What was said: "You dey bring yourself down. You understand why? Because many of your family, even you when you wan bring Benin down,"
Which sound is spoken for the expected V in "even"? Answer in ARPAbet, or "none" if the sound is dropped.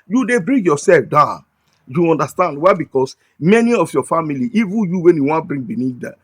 V